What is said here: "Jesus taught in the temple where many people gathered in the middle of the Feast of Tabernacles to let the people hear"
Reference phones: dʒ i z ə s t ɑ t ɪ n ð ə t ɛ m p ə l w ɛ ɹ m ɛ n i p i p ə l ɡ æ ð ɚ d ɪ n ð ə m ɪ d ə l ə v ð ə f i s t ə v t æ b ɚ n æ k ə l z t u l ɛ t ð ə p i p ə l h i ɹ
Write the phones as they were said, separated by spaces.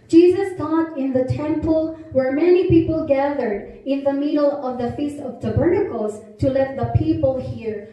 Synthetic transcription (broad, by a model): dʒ i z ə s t ɑ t ɪ n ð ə t ɛ m p ə l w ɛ ɹ m ɛ n i p i p ə l ɡ æ ð ɚ d ɪ n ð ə m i d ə l ə v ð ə f i s t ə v t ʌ b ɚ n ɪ k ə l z t u l ɛ t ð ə p i p ə l h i ɹ